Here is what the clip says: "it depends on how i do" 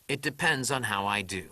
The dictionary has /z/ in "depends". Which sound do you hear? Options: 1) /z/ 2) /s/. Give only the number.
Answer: 1